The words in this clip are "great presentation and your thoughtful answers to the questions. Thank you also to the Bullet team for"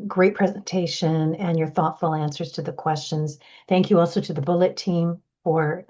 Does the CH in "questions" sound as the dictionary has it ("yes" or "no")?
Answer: yes